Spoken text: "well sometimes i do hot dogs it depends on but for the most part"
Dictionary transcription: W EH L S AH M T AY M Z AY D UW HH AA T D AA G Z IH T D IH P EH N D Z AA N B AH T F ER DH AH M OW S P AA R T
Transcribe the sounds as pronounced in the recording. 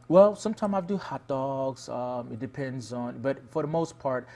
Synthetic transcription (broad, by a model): W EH L S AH M T AY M AY D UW HH AA T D AA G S IH T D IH P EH N D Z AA N B AH T F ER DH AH M OW S P AA R T